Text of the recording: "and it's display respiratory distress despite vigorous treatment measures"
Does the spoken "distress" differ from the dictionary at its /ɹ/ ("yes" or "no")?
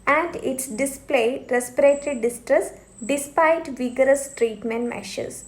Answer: no